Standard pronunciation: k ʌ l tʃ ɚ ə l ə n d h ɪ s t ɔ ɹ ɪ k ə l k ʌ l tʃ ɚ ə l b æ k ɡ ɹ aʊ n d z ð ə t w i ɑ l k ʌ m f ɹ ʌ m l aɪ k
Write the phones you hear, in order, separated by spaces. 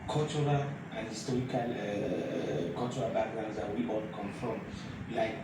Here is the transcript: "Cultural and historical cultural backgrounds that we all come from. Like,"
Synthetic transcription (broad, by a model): k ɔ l tʃ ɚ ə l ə n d h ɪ s t ɔ ɹ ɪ k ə l k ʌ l tʃ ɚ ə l b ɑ ɡ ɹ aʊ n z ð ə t w i ɑ l k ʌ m f ɹ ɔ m l aɪ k